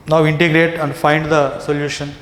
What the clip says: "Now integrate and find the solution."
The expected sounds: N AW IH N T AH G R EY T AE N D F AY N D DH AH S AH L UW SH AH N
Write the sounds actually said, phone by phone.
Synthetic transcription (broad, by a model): N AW IH N T AH G R EY T AE N D F AY N D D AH S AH L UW SH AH N